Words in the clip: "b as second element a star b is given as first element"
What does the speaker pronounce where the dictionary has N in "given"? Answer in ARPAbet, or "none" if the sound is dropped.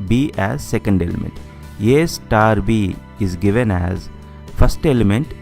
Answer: N